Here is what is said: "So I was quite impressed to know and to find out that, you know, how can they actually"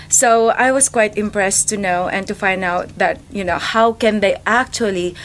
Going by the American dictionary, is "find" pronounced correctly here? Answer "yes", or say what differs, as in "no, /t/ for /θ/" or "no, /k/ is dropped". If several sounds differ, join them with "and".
yes